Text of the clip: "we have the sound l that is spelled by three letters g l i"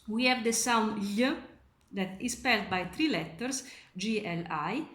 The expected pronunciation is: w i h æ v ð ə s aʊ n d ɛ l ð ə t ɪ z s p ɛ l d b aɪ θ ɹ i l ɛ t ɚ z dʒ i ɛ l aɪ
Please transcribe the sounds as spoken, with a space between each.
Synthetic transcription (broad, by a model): w i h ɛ v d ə s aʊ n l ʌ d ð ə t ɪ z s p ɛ l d b aɪ t ɹ i l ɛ t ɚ s dʒ i ɛ l aɪ